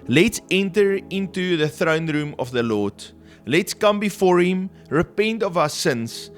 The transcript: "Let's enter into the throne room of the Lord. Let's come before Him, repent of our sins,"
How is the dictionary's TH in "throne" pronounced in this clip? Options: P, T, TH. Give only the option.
TH